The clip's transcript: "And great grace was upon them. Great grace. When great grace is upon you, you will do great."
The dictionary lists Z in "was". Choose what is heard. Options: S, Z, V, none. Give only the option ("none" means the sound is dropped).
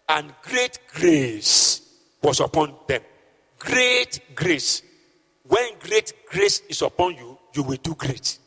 S